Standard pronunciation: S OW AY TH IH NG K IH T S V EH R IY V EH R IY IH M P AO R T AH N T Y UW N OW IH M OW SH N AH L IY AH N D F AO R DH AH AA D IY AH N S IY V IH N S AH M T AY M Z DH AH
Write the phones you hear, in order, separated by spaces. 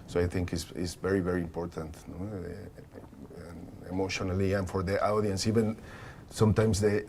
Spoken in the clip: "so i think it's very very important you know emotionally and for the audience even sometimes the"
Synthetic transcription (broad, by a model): S OW AY TH IH NG K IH S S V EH R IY V EH R IY IH M P AO R T AH N T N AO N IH M OW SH N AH L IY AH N F AO R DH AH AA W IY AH N S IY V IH N S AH M T AY M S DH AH